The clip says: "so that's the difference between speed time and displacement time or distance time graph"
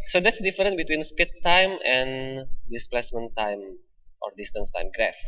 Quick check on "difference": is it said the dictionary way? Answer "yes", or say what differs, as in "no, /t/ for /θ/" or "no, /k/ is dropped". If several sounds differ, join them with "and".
no, /f/ is dropped and /s/ is dropped